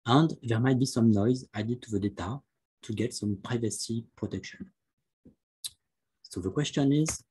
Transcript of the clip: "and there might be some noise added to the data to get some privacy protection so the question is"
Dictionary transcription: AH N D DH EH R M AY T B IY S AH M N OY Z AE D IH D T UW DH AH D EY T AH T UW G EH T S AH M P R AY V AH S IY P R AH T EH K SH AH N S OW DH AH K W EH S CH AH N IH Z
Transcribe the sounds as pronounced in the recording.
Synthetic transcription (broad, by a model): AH N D DH EH R M AY T B IY S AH M N OY Z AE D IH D T UW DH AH D EY T AH T UW G EH T S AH M P R AY V AH S IY P R AH T EH K SH AH N S OW DH AH K W EH S CH AH N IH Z